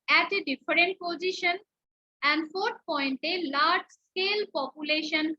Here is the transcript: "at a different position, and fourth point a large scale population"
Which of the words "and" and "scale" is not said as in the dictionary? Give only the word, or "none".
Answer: none